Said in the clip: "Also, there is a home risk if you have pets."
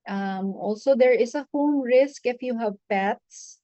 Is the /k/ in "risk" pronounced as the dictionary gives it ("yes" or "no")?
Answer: yes